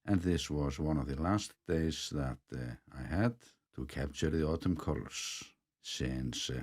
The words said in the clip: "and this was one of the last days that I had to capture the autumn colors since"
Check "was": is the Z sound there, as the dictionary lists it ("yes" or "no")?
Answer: yes